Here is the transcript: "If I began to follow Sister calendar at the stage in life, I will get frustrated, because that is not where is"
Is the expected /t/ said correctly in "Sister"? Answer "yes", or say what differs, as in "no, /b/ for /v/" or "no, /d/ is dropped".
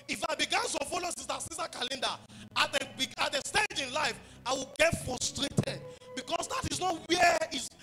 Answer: no, /s/ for /t/